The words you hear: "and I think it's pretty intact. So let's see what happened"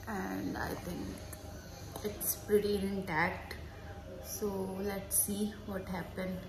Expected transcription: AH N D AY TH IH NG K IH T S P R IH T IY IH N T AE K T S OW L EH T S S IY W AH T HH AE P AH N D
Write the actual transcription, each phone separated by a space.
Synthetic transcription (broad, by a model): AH N D AY T IH NG K IH T S P R IH T IY IH N T AE K T S OW L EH T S S IY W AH T HH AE P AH N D